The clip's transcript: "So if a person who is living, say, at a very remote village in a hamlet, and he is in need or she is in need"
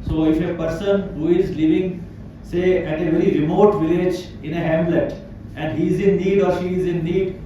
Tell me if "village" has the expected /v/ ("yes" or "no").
yes